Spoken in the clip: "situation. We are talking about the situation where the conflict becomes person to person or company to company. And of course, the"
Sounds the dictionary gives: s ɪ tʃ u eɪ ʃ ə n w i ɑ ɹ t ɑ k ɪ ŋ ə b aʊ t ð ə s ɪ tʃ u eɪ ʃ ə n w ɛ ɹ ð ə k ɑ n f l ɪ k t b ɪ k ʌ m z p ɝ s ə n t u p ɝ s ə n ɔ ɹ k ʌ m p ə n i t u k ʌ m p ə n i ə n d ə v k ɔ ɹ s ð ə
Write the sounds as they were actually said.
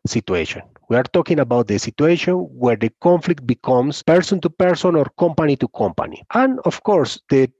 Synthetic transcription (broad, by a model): s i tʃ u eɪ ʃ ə n w i ɑ ɹ t ɑ k ɪ ŋ ə b aʊ t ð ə s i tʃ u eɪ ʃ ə n w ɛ ɹ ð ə k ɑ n f l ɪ k t b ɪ k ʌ m s p ɝ s ə n t u p ɝ s ə n ɔ ɹ k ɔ m p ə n i t u k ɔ m p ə n i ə n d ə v k ɔ ɹ s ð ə